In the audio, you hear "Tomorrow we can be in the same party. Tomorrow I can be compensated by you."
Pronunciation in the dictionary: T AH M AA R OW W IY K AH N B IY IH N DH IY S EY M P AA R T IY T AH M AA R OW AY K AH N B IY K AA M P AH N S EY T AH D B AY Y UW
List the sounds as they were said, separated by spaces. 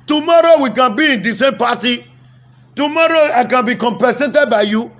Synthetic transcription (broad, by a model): T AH M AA R OW W IY K AH N B IY IH N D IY S EY M P AA T IY T AH M AA R OW AY K AH N B IY K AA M P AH S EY T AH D B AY Y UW